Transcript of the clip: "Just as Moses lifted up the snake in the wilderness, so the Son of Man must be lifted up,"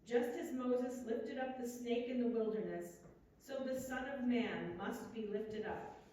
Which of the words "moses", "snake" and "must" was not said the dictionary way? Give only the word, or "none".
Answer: none